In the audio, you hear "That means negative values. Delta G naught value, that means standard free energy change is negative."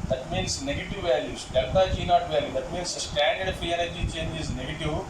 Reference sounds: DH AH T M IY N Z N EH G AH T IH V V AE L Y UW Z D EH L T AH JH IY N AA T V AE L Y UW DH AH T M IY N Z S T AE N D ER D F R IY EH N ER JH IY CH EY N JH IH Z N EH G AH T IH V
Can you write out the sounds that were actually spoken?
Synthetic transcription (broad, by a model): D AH T M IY N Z N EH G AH T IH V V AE L Y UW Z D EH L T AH JH IY N AA T V AE L Y UW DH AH T M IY N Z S T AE N D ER D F IY EH N ER JH IY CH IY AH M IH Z N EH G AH T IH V